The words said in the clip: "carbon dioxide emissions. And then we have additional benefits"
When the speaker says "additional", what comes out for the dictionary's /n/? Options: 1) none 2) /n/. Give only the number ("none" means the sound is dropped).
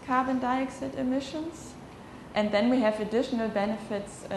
2